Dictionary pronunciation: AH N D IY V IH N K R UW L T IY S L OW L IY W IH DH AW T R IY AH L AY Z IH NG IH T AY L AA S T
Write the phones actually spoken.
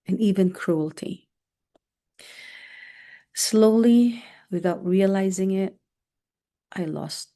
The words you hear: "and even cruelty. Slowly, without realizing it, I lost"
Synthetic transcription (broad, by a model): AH N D IY V IH N K R UW L T IY S L OW L IY W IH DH AW T R IY AH L AY Z IH NG IH T AY L AA S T